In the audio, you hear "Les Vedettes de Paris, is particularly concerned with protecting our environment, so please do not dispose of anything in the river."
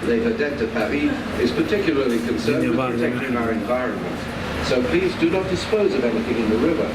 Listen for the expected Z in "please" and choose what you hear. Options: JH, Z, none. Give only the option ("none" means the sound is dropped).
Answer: Z